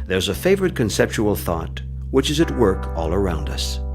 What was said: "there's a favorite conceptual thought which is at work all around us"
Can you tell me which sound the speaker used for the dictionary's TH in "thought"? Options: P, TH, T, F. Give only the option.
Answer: TH